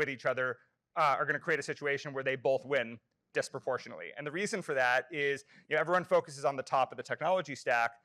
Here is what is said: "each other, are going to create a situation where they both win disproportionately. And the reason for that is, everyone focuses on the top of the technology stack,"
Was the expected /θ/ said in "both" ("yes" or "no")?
yes